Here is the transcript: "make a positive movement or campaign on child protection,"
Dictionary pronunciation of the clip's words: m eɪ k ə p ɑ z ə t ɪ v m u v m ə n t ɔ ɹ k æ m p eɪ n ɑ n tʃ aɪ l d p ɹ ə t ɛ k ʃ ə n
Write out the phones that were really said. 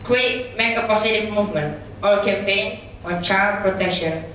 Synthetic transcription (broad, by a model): m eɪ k ə p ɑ s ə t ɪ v m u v m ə n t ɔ l k æ m p eɪ n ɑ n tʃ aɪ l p ɹ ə t ɛ k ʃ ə n